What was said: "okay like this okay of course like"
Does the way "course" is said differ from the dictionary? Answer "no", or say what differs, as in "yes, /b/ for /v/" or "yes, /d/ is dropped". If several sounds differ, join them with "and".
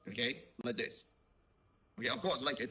yes, /w/ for /ɹ/